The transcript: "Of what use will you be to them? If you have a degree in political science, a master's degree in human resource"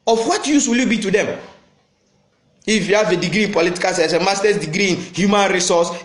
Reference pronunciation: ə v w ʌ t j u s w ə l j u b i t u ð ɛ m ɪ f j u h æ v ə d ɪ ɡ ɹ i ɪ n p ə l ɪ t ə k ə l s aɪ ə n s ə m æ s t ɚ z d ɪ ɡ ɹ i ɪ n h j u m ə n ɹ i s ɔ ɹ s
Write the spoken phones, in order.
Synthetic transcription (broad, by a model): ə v w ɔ t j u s w ə l j u b i t u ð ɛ m ɪ f j u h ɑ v ə d ɪ ɡ ɹ i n p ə l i t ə k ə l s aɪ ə s ə m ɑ s t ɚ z d ɪ ɡ ɹ i ɪ n h j u m ə n ɹ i s ɔ s